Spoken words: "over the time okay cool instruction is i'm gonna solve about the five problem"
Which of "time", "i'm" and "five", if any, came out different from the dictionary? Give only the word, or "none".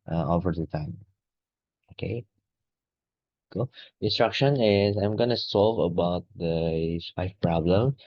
five